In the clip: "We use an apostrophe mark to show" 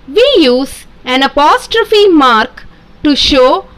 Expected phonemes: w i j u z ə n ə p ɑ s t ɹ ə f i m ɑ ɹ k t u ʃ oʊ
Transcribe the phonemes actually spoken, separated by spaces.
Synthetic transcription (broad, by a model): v i j u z ə n ə p ɑ s t ɹ ə f i m ɑ ɹ k t u ʃ oʊ